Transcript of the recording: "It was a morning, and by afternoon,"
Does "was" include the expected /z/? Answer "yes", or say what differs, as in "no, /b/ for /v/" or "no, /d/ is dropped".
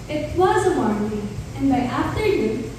yes